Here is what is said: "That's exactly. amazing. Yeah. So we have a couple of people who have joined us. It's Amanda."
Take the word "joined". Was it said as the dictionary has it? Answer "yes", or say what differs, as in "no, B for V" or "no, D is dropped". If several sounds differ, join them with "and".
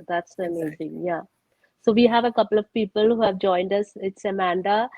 yes